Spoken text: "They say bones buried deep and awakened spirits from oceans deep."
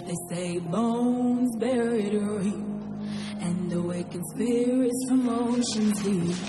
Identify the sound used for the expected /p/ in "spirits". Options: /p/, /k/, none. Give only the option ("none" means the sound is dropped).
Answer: none